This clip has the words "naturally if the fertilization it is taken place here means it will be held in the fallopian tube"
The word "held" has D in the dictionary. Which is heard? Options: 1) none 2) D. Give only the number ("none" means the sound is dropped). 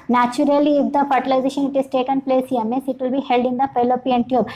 2